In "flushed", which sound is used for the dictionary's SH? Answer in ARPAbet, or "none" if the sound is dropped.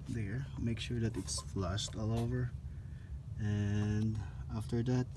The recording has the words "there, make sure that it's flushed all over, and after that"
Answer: S